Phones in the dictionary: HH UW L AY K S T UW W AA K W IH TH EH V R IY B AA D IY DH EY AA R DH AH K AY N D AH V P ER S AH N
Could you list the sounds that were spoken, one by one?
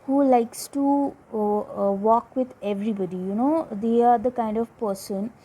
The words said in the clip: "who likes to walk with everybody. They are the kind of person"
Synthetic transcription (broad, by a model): HH UW L AY K S T UW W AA K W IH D EH V R IY B AA D IY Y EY AA R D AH K AY N D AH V P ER S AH N